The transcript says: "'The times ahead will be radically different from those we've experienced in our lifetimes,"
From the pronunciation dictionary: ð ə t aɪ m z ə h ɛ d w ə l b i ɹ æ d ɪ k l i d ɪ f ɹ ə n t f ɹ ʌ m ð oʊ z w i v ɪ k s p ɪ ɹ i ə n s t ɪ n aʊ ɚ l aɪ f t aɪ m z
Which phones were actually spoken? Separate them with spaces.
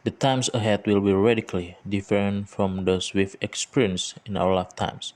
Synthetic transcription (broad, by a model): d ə t aɪ m s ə h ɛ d w ə l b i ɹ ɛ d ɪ k l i d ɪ f ɹ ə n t f ɹ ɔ m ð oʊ s w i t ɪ k s p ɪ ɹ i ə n s ɪ n aʊ ɚ l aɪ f t aɪ m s